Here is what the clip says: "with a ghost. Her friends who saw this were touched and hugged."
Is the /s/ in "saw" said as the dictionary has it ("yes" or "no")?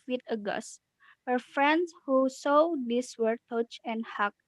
yes